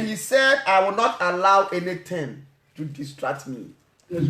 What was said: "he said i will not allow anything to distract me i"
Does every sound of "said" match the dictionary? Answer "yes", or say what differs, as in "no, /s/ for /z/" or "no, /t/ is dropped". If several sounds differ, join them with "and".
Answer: yes